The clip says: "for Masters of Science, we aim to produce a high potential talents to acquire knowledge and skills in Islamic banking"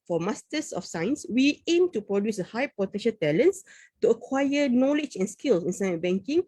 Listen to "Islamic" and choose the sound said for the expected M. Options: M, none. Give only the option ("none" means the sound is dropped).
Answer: none